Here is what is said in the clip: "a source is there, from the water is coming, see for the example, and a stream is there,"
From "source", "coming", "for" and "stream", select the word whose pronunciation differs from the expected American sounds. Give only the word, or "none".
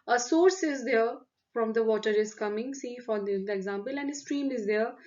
none